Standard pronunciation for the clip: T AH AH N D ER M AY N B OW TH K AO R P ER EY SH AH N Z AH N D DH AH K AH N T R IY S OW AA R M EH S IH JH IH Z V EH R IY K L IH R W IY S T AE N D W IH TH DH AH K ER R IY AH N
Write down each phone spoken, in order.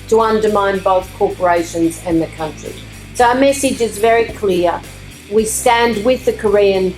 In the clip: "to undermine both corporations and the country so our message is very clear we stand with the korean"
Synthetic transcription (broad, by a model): T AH AH N D ER M AY N B OW TH K AO R P ER EY SH AH N Z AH N DH AH K AH N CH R IY S OW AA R M EH S IH JH IH Z V EH R IY K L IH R W IY S T AE N D W IH DH AH K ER R IY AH N